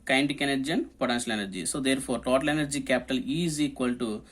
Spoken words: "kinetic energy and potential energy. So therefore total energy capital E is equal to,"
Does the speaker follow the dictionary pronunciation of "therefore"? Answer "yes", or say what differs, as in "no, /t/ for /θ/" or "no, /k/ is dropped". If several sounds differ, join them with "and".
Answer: no, /p/ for /f/